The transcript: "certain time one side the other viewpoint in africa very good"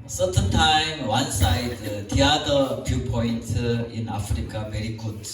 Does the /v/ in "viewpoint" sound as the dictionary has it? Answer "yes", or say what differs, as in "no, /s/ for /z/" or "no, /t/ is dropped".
no, /f/ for /v/